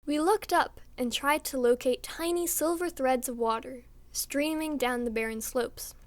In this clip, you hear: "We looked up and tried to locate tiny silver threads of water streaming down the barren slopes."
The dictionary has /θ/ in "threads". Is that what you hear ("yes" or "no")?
yes